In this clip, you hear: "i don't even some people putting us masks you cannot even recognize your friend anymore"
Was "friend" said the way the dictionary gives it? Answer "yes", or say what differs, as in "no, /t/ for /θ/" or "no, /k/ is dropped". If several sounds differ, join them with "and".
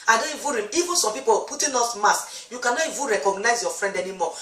yes